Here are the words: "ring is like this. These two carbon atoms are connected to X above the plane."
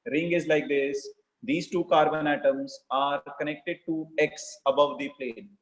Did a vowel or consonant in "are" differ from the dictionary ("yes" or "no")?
no